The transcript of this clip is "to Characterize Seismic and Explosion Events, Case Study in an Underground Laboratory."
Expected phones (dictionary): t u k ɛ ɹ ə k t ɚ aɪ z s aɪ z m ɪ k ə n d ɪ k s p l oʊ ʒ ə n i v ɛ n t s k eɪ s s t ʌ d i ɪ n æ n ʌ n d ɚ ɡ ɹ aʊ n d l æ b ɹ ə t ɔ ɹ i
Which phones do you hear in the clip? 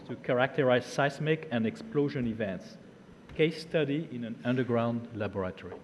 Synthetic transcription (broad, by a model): t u k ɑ ɹ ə k t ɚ aɪ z s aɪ s m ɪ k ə n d ɪ k s p l oʊ ʒ ə n i v ɛ n t s k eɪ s s t ʌ d i ɪ n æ n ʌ n d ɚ ɡ ɹ aʊ n d l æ b ɹ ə t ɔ ɹ i